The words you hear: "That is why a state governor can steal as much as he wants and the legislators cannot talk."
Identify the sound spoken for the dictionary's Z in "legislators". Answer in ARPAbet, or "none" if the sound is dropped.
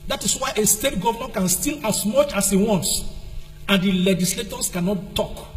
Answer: S